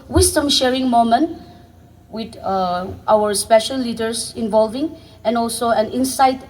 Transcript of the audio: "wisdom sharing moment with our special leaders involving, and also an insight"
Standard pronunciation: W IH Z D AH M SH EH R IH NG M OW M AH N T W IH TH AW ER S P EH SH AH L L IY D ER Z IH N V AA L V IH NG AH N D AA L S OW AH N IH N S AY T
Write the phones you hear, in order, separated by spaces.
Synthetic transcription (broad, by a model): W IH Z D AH M SH EH R IH NG M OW M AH N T W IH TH AW ER S P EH SH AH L L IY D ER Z IH N V AA L V IH NG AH N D AA L S OW AH N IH N S AY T